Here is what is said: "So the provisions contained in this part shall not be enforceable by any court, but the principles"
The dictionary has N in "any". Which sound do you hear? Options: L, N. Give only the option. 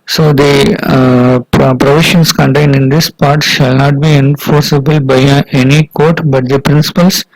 N